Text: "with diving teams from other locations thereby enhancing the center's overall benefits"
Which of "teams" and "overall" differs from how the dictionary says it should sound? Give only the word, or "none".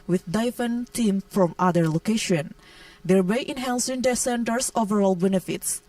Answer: teams